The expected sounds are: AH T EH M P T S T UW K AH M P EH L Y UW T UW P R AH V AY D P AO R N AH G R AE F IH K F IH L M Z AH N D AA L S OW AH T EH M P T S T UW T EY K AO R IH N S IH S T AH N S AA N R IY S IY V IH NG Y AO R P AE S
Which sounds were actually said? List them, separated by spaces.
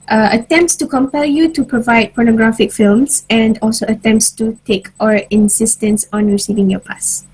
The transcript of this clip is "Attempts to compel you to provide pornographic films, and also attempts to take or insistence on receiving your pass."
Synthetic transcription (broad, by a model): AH T EH M P T S T UW K AH M P EH L Y UW T UW P R AH V AY D P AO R N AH G R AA F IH K F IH L M S AH N D AA L S OW AH T EH M P T S T UW T EY K AO R IH N S IH S T AH N S AA N R IY S IY V IH NG Y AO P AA S